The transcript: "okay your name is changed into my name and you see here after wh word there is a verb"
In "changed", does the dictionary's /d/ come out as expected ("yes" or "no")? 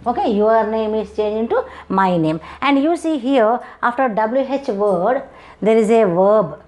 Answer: no